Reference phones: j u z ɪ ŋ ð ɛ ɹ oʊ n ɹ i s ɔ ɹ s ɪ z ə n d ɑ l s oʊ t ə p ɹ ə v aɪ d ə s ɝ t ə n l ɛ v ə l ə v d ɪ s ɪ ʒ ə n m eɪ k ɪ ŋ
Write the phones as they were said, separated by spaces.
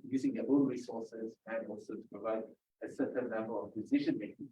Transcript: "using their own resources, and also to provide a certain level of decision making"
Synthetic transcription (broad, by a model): j u z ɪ ŋ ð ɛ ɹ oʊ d ɹ i s ɔ ɹ s ɪ z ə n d ɑ l s oʊ t ə p ɹ ə v aɪ d ə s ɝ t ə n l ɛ b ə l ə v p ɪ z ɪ ʃ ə n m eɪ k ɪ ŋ